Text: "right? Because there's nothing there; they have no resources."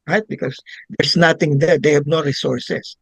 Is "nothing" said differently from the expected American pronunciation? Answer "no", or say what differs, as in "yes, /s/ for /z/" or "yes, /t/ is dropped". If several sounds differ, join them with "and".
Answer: yes, /t/ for /θ/